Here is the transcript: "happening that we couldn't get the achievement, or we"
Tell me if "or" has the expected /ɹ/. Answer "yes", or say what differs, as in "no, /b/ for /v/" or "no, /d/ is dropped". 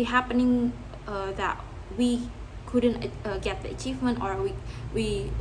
no, /w/ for /ɹ/